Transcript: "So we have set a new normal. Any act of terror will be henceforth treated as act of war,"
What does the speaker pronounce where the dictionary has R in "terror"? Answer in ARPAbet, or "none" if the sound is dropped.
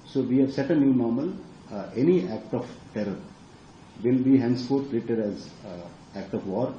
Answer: R